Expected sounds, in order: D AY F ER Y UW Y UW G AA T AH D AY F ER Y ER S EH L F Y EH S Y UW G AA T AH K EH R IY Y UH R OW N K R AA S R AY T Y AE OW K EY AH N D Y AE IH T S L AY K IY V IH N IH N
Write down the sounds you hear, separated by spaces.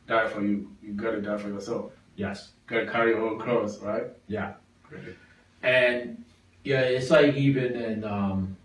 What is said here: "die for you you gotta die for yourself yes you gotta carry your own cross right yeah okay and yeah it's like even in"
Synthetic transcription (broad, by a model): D AY F ER Y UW Y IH G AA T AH D AY F ER Y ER S EH L F Y EH S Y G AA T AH K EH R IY Y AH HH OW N K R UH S R AY T Y AE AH N Y AE IH T S L AY K IY V IH N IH N